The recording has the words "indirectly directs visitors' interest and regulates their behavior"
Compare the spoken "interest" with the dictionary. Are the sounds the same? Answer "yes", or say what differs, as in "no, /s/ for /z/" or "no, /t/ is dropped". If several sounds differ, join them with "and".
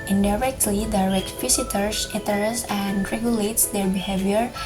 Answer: no, /n/ is dropped and /t/ is dropped